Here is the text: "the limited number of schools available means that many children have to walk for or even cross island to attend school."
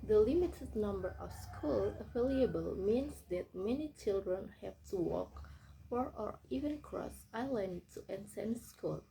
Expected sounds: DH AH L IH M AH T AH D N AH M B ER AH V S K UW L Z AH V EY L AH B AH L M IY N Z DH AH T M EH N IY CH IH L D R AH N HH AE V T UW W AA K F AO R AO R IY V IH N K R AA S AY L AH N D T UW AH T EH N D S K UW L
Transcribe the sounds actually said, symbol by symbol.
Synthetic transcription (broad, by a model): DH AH L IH M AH T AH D N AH M B ER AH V S K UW L AH F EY L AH B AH L M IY N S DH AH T M EH N IY CH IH L D R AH N HH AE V T UW W AA K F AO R AO R IY V IH N K R AA S AY L AH N D T UW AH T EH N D S K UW L